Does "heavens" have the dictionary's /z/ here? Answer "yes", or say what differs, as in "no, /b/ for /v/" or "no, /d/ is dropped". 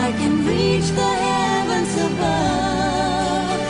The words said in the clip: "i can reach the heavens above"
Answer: no, /s/ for /z/